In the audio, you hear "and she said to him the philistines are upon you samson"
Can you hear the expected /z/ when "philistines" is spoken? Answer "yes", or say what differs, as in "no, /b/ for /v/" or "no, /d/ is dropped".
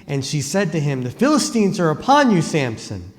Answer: yes